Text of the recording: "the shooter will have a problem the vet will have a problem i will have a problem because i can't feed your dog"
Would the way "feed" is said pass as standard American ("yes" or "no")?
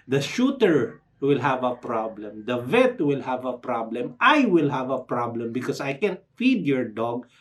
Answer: yes